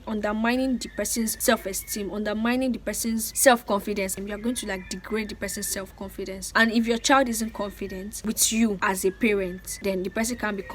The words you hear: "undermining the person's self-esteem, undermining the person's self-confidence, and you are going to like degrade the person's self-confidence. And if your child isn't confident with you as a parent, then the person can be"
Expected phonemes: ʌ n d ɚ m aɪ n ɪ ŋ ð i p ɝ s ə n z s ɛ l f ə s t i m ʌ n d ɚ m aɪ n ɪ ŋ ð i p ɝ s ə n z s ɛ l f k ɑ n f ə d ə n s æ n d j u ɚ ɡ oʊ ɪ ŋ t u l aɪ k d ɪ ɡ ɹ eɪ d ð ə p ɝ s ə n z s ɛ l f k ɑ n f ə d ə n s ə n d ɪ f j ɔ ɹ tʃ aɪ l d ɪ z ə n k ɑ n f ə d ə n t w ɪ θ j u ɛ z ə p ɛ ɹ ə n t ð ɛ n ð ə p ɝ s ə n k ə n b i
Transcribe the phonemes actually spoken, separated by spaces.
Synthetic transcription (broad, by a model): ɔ n d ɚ m aɪ n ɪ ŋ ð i p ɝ s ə n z s ɛ l f ə s t i m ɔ n d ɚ m aɪ n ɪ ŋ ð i p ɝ s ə n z s ɛ l f k ɑ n f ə d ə n s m j u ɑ ɡ oʊ ɪ ŋ t u l aɪ k d ɪ ɡ ɹ eɪ d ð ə p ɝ s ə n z s ɛ l f k ɑ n f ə d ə n s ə n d ɪ f j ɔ tʃ aɪ l d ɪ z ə n k ɑ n f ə d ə n t w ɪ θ j u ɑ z ə p ɛ ɹ ə n t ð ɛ n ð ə p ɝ s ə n k ə n b i